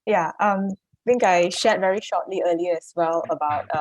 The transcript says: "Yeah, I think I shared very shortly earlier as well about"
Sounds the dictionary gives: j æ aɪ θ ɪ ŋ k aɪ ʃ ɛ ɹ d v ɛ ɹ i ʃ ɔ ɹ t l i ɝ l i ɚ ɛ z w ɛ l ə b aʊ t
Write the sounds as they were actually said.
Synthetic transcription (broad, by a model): j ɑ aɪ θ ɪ ŋ k aɪ ʃ ɛ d v ɛ ɹ i ʃ ɔ t l i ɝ l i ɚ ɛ s w ɛ l ə b aʊ t